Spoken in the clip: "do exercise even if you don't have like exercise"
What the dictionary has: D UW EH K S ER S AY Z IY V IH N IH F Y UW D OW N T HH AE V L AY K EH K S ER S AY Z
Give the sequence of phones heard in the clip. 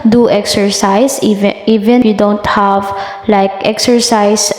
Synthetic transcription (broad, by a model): D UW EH K S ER S AY S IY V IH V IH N Y UW D OW N T HH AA V L AY K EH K S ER S AY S